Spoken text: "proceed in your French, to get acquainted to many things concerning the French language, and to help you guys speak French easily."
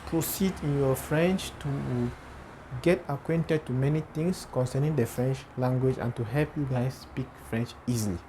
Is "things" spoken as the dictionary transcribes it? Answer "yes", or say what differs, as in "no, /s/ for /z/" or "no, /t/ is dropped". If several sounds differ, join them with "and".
no, /t/ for /θ/ and /s/ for /z/